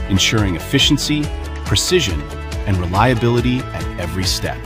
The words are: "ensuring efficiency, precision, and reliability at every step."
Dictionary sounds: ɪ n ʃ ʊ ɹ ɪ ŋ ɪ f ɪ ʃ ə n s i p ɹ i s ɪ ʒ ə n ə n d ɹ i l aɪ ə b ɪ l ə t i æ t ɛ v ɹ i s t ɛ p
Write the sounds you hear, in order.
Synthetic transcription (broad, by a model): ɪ n ʃ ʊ ɹ ɪ ŋ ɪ f ɪ ʃ n s i p ɹ i s ɪ ʒ ə n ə n ɹ i l aɪ ə b ɪ l ə t i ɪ t ɛ v ɹ i s t ɛ p